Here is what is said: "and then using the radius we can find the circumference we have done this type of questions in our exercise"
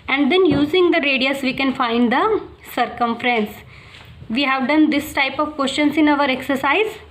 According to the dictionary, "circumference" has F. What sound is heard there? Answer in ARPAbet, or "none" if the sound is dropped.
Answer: F